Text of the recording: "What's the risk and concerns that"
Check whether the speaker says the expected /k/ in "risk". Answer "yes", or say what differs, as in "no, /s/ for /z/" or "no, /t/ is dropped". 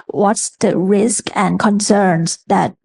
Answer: yes